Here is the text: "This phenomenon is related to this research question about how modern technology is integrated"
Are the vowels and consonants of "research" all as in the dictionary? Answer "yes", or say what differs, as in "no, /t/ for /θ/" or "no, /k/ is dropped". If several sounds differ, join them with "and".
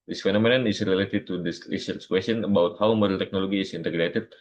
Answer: no, /l/ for /ɹ/ and /s/ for /tʃ/